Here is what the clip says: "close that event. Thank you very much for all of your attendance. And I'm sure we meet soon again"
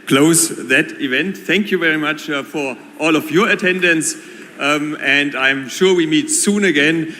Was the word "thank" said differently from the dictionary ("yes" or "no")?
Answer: no